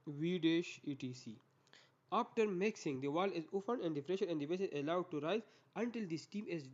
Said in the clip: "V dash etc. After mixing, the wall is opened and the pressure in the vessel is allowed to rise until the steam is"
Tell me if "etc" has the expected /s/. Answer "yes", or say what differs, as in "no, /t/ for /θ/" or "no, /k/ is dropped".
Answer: no, /s/ is dropped